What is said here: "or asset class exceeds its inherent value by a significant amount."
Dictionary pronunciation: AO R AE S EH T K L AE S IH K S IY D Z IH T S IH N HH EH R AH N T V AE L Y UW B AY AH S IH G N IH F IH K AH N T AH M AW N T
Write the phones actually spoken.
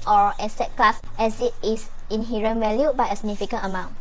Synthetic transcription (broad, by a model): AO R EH S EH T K L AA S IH S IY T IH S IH N HH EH R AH N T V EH L Y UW B AY AH S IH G N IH F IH K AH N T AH M AW N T